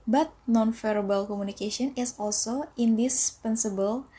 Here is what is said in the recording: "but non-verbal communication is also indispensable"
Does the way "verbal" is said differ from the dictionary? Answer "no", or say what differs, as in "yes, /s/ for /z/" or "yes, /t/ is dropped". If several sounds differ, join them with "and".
yes, /f/ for /v/